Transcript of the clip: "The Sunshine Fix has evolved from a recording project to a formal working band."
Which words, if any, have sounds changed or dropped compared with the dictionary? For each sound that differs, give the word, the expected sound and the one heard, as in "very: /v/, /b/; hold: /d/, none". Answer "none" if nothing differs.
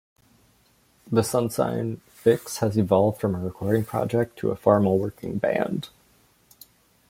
sunshine: /ʃ/, /s/